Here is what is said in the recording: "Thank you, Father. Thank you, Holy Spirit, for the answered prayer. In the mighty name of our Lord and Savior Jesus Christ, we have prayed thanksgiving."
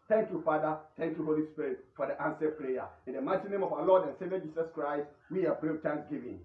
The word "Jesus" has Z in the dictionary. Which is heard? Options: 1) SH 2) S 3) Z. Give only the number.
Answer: 2